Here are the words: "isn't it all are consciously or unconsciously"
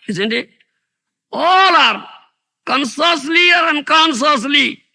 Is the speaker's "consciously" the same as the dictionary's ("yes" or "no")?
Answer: no